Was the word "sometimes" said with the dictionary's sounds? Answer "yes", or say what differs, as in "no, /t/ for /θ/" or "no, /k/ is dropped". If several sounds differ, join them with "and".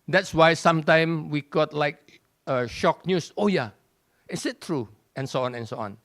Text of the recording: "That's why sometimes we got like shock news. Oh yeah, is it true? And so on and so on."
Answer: no, /z/ is dropped